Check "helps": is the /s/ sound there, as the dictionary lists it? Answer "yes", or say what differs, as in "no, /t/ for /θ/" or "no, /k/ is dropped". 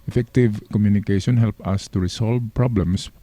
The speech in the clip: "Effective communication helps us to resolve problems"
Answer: no, /s/ is dropped